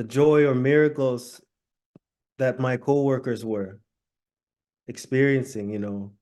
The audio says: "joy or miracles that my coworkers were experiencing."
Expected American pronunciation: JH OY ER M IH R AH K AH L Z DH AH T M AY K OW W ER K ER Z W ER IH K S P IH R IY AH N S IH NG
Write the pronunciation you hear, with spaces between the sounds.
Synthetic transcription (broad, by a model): JH OY ER M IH R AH K L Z DH AH T M AY K OW W ER K ER Z W ER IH K S P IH R IY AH N S IH NG